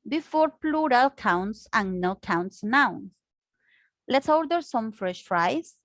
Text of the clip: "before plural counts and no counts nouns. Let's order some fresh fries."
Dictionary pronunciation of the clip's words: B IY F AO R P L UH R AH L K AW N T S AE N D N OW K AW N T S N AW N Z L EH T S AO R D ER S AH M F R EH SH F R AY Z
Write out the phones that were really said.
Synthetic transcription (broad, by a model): B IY F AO R P L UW R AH L K AW N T S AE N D N OW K AW N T S N AW N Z L EH T S AO R D ER S AH M F R EH SH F R AY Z